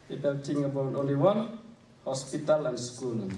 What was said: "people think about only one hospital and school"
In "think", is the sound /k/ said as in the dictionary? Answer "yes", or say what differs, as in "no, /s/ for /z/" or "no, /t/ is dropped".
no, /k/ is dropped